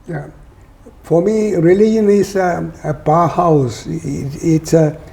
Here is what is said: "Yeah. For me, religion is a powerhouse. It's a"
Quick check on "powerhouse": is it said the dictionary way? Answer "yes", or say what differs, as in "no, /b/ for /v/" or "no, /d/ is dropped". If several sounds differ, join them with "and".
no, /b/ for /p/